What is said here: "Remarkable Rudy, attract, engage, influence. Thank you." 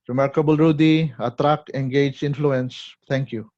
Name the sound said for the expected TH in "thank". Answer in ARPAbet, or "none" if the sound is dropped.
T